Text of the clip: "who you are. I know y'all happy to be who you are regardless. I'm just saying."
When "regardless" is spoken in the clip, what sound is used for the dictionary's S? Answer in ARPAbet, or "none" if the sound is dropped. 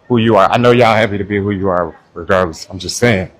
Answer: none